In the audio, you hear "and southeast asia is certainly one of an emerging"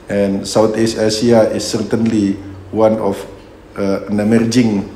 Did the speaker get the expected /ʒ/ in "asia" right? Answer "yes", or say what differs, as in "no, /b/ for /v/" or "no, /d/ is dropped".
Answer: no, /s/ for /ʒ/